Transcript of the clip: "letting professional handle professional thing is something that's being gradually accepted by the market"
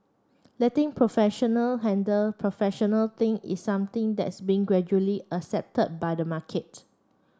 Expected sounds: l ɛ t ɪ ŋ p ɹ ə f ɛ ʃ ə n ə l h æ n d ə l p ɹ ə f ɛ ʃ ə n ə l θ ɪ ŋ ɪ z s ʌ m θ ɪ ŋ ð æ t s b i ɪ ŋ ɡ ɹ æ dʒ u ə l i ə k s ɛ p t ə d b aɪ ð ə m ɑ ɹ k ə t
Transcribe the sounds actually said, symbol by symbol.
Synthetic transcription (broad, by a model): l ɛ t ɪ ŋ p ɹ ə f ɛ ʃ ə n ə l h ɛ n d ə l p ɹ ə f ɛ ʃ ə n ə l t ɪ ŋ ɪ s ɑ m t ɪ ŋ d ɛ t s b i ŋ ɡ ɹ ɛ dʒ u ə l i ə s ɛ p t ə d b aɪ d ə m ɑ k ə t